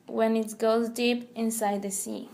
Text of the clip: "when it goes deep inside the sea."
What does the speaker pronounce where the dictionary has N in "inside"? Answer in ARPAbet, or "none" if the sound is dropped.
N